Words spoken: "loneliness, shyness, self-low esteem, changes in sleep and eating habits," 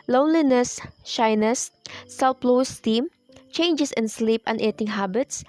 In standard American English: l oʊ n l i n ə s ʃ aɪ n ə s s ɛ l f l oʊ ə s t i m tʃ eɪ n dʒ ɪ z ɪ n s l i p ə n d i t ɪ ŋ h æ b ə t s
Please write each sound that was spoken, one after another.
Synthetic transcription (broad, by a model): l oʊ n l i n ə s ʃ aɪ n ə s s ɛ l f l oʊ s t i m tʃ eɪ n dʒ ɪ s ɪ n s l i p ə n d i t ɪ ŋ h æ b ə t s